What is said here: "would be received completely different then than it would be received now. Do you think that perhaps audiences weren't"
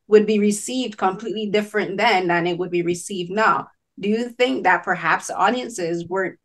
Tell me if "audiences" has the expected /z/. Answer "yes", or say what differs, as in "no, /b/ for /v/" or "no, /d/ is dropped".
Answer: yes